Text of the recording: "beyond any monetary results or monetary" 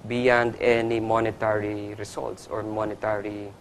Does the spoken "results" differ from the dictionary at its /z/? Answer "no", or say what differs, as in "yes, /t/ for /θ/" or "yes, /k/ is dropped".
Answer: yes, /s/ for /z/